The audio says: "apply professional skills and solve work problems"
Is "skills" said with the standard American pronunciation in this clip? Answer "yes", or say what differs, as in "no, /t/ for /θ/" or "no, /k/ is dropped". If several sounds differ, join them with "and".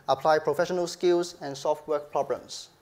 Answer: no, /s/ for /z/